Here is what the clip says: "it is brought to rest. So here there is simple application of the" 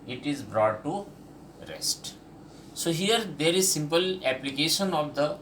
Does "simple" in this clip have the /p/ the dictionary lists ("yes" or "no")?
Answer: yes